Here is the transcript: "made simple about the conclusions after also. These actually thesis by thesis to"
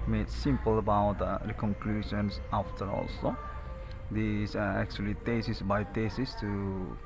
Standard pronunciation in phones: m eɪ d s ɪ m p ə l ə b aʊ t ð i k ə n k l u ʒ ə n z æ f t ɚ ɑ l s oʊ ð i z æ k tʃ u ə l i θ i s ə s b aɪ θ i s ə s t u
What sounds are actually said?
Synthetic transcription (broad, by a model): m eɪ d s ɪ m p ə l ə b aʊ t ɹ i k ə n k l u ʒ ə n s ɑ f t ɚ ɑ l s oʊ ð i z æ k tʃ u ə l i t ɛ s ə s b aɪ t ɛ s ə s t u